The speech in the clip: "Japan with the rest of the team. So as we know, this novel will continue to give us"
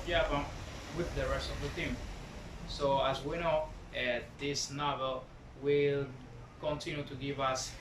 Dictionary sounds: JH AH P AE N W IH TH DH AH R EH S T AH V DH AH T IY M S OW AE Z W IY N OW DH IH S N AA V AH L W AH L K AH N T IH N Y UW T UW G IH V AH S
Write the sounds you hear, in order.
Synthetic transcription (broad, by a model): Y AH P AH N W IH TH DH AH R EH S T AH V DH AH T IY M S OW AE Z W IY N OW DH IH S N AA V AH L W AH L K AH N T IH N Y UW T UW G IH V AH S